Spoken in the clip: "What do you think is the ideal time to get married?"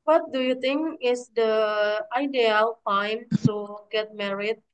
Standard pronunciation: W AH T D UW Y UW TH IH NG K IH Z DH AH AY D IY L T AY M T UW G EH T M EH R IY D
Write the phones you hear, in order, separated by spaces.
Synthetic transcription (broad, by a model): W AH T D UW Y UW T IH NG K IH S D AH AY D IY L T AY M T UW G EH T M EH R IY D